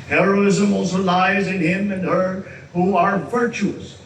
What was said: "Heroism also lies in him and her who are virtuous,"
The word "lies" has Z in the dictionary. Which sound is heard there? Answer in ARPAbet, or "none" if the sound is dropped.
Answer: Z